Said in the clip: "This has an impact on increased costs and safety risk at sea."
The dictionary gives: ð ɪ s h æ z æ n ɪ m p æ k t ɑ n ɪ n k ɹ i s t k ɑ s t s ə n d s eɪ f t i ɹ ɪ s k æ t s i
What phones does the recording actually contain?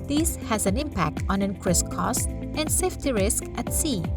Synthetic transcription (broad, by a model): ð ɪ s h æ z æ n ɪ m p æ k t ɑ n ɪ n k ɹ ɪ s k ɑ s s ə n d s eɪ f t i ɹ ɪ s k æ t s i